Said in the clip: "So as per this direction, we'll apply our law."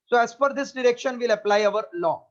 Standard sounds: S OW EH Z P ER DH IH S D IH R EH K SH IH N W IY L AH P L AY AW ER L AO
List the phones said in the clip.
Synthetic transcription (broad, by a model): S OW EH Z F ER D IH S D IH R EH K SH IH N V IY L AH P L AY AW ER L AO